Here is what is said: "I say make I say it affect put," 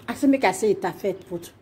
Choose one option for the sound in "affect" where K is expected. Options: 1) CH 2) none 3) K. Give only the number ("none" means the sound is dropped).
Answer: 2